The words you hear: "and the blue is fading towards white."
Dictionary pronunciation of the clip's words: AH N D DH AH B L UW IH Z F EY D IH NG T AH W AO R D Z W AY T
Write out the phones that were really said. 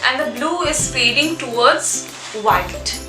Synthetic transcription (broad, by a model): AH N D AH B L UW IH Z P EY D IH NG T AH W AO R D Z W AY T